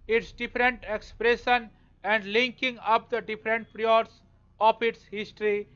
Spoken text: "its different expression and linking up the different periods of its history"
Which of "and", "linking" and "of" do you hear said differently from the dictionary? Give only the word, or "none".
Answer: of